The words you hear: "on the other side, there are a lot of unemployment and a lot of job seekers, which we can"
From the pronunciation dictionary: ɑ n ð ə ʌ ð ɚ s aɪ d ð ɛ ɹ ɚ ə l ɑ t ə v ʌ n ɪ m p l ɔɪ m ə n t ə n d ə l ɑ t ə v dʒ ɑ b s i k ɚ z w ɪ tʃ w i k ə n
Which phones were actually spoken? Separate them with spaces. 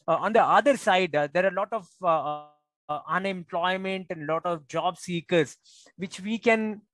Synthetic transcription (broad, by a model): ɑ n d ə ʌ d ɚ s aɪ d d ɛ ɹ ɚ ə l ɑ t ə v ʌ n ɪ m p l ɔɪ m ə n t ə n d l ɑ t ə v dʒ ɑ b s i k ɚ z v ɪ tʃ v i k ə n